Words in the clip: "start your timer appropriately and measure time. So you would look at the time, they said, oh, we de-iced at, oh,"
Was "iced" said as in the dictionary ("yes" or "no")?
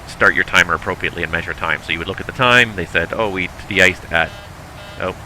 yes